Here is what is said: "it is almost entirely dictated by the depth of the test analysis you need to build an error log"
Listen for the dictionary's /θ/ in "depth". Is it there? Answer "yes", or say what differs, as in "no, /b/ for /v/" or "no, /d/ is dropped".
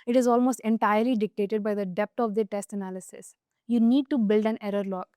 no, /t/ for /θ/